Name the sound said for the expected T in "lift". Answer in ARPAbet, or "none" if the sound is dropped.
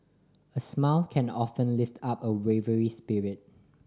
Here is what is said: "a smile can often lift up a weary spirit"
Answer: T